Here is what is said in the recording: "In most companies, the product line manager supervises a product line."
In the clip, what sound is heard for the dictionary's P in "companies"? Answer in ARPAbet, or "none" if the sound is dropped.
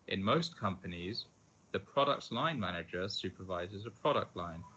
P